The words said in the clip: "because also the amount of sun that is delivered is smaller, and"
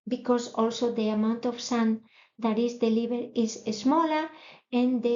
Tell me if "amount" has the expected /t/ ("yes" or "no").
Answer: yes